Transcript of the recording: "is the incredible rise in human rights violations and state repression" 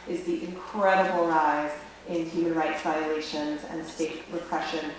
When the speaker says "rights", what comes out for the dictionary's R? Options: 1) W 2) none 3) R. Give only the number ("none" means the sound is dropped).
3